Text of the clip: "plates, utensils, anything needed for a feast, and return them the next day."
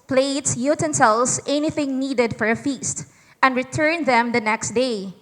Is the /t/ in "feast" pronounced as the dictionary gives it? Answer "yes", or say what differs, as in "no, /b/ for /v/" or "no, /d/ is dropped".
yes